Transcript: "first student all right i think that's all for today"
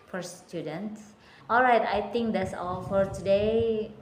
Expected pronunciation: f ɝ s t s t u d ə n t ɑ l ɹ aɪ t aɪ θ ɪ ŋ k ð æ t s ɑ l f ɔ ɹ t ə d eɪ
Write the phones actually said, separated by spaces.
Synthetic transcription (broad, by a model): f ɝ s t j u d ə n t ɑ l ɹ aɪ t aɪ t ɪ ŋ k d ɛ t s ɑ l f ɔ ɹ t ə d eɪ